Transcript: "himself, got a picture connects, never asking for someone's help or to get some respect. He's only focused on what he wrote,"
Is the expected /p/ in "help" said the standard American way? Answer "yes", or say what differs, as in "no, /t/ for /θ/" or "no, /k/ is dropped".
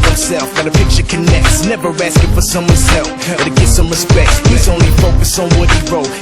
no, /f/ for /p/